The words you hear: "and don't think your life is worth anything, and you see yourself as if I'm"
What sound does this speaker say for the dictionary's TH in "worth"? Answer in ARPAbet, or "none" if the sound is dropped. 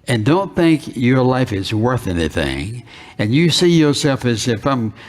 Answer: TH